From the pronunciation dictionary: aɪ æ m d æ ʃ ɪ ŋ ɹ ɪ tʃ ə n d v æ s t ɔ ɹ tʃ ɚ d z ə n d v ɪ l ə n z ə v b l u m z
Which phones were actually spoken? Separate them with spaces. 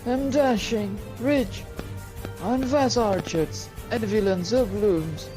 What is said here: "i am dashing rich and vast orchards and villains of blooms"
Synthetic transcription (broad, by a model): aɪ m d æ ʃ ɪ ŋ ɹ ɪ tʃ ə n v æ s ɔ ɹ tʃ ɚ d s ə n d v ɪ l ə n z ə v b l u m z